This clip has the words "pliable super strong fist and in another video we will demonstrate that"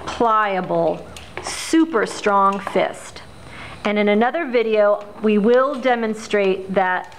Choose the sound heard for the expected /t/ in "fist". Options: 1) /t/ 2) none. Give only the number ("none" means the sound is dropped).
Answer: 1